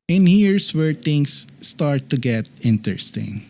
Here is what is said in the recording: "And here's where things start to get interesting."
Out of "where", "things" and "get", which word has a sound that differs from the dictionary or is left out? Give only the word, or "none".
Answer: things